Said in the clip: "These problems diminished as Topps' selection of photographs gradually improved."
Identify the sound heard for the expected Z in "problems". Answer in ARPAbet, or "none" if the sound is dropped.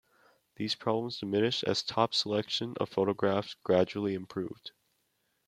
Z